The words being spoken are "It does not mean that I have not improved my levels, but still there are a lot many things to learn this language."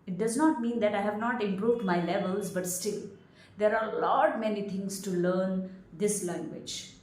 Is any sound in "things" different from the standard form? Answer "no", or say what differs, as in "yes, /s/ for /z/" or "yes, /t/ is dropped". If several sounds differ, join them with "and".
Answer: yes, /t/ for /θ/